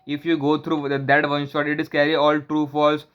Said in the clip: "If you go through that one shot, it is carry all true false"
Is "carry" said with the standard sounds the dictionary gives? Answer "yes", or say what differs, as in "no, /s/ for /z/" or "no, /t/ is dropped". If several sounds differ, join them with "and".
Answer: yes